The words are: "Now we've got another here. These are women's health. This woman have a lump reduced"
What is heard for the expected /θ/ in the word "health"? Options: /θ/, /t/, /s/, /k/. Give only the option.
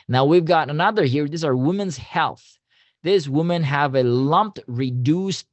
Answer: /θ/